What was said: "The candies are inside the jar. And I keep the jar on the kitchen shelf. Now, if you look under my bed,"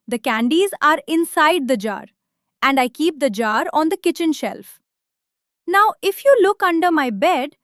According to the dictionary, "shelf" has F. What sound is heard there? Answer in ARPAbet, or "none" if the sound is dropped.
F